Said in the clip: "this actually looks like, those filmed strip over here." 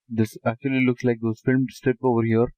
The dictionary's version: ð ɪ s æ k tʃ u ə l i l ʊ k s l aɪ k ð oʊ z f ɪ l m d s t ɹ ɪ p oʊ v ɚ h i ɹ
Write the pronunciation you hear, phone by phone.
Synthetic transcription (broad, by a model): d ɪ s æ k tʃ u ə l i l ʊ k s l aɪ k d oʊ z f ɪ l m s t ɪ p oʊ v ɚ h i ɹ